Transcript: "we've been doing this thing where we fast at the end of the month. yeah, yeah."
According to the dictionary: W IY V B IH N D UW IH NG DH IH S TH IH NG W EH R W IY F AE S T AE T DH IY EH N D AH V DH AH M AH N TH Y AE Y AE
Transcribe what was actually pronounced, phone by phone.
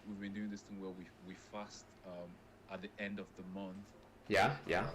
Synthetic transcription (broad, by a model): W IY V B IH N D UW IH NG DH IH S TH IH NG W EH W W IY F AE S T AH T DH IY EH N D AH V DH AH M AH N TH Y AE Y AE